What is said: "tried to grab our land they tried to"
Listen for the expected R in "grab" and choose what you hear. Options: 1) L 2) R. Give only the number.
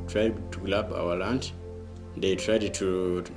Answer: 1